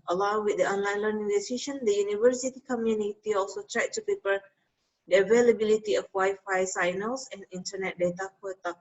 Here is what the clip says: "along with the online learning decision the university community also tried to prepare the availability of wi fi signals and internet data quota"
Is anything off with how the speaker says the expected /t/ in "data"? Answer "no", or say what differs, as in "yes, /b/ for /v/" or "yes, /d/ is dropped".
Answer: no